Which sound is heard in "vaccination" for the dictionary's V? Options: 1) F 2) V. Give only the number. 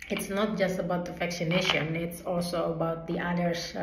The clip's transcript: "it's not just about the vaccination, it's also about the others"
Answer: 1